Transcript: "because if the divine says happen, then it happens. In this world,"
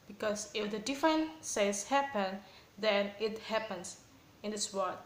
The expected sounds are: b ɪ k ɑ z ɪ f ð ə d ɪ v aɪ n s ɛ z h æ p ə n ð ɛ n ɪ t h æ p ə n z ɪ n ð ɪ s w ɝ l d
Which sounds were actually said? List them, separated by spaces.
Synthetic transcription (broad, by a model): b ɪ k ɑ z ɪ f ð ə d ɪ f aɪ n s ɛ s h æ p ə n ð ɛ n ɪ t h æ p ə n s ɪ n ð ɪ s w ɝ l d